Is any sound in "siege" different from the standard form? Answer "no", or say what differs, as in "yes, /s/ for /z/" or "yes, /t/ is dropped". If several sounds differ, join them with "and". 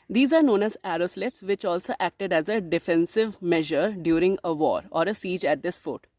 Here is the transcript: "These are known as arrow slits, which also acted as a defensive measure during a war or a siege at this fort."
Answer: no